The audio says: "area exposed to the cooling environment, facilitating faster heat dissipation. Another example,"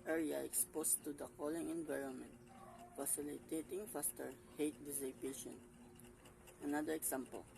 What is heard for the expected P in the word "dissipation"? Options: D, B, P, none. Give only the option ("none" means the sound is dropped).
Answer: B